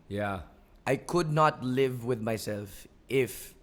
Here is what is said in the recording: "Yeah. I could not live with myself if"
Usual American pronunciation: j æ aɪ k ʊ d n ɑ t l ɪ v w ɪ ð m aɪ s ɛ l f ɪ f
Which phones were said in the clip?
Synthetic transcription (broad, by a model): j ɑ aɪ k ʊ d n ɑ t l ɪ v w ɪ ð m aɪ s ɛ l f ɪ f